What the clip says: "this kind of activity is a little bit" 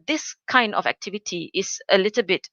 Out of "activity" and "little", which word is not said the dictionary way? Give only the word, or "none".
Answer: none